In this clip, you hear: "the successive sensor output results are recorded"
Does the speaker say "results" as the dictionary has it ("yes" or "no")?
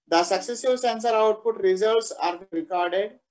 yes